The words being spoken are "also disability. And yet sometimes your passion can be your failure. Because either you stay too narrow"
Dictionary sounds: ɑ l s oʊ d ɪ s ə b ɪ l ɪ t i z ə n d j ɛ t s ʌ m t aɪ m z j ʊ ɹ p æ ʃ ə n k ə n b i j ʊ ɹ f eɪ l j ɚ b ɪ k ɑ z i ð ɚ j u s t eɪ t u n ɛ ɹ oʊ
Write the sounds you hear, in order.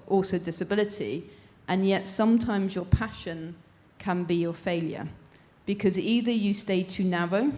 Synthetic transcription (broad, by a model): ɑ l s oʊ d ɪ s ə b ɪ l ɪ t i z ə n j ɛ t s ʌ m t aɪ m z j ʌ p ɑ ʃ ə n k ə n b i j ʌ f eɪ l j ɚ b ɪ k ɑ z i ð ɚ j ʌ s t eɪ t u n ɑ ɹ oʊ